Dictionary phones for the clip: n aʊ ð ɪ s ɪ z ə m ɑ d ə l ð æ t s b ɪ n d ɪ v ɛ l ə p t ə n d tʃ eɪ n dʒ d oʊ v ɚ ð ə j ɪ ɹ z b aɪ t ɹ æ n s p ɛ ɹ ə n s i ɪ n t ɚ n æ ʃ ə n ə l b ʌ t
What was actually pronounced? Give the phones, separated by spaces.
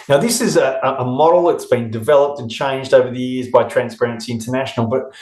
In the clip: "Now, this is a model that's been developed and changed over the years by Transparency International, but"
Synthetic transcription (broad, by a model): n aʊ ð ɪ s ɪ z ə m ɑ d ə l ð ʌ t s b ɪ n d ɪ v ɛ l ə p t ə n tʃ eɪ n dʒ d oʊ v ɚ ð ə j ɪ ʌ z b aɪ t ɹ æ n s p ɛ ɹ ə n s i ɪ n t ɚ n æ ʃ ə n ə l b ʌ t